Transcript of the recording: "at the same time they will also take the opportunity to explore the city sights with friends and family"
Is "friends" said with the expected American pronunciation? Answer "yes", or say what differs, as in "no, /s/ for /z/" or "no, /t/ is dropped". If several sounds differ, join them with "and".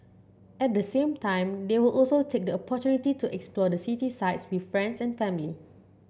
no, /s/ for /z/